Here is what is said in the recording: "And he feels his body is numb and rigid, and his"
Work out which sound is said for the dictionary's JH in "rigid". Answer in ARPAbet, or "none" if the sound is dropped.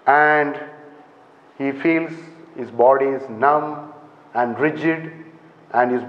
JH